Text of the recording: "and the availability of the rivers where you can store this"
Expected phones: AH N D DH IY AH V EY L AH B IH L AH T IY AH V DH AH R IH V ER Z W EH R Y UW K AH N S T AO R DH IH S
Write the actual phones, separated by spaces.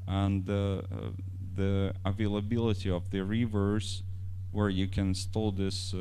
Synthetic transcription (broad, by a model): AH N DH IY AH V EY L AH B IH L AH T IY AH V DH AH R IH V ER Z W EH R Y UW K AH N S T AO L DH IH S